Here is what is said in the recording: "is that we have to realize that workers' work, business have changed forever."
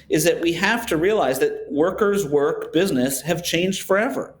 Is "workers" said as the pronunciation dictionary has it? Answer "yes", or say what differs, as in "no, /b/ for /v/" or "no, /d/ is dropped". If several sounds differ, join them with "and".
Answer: yes